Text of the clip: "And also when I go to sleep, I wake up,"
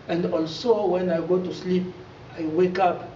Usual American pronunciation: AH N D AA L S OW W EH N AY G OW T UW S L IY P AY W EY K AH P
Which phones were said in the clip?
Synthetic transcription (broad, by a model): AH N D AA L S OW W EH N AY G OW T UW S L IY P AY W EY K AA P